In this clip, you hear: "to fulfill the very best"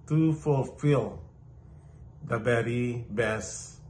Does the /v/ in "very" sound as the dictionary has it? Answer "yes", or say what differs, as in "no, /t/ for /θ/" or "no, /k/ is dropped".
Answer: no, /b/ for /v/